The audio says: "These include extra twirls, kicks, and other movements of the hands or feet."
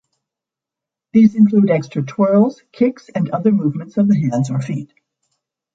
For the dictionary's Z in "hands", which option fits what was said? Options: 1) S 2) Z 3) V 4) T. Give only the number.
2